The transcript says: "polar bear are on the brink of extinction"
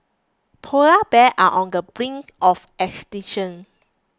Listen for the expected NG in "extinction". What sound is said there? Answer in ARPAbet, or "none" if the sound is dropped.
none